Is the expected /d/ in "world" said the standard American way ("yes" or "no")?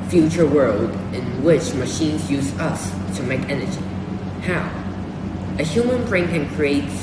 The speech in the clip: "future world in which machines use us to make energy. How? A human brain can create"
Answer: yes